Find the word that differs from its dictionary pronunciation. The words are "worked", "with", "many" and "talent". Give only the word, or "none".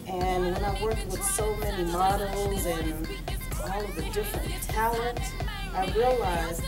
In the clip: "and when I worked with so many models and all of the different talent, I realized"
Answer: talent